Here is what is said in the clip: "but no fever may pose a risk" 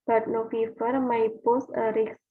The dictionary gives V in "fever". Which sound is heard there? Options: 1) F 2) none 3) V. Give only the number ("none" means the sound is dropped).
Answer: 1